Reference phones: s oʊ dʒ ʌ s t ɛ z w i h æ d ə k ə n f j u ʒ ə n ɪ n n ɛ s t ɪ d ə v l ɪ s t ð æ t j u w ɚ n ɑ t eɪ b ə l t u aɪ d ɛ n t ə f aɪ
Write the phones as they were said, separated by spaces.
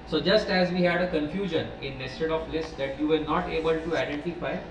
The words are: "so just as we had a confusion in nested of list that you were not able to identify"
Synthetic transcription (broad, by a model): s oʊ dʒ ʌ s t ɛ z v i h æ d ə k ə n f j u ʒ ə n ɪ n n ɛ s t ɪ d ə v l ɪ s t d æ t j u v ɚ n ɑ t eɪ b ə l t u aɪ d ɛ n t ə f aɪ